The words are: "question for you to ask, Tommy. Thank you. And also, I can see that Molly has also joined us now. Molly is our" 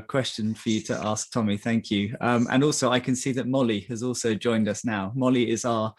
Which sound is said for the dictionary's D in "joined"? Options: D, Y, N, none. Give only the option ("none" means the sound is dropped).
D